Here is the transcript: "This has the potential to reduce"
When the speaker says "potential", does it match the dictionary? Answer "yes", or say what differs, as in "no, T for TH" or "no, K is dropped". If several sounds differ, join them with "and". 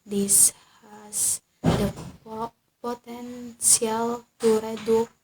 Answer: no, S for SH